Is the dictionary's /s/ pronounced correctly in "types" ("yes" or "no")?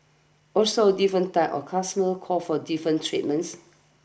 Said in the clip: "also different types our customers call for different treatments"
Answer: no